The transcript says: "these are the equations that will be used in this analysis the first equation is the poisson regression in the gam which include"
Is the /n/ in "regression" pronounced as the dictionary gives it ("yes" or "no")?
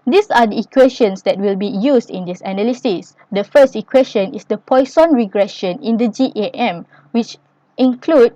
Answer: yes